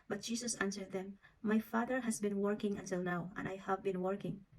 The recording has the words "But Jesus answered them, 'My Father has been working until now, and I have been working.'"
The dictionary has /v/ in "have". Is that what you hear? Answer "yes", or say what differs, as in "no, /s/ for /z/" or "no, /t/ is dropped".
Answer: yes